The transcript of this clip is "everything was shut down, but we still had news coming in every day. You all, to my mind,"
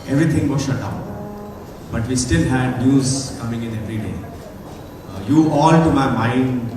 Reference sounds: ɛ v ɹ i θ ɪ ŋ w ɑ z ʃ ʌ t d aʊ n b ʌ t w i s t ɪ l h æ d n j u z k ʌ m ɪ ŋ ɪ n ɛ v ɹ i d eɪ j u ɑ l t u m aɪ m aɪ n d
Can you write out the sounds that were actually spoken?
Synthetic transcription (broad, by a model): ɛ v ɹ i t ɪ ŋ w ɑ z ʃ ʌ t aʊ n b ʌ t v i s t ɪ l h æ d n j u z k ʌ m ɪ ŋ ɪ n ɛ v ɹ i d eɪ j u ɑ l t u m aɪ m aɪ n d